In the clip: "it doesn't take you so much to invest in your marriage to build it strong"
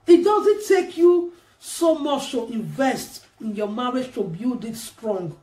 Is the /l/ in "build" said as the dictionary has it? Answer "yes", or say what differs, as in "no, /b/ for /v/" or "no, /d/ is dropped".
no, /l/ is dropped